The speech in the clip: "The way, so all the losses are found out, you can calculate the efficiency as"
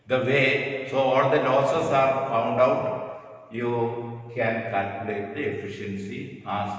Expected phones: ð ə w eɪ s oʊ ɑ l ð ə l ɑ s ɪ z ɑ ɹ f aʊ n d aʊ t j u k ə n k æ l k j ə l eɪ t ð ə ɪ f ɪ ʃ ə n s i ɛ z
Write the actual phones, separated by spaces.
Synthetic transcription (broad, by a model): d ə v eɪ s oʊ ɑ l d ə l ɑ s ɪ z ɑ ɹ f aʊ n d aʊ t j u k ə n k æ l k j ə l eɪ t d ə ɪ f ɪ ʃ ə n s i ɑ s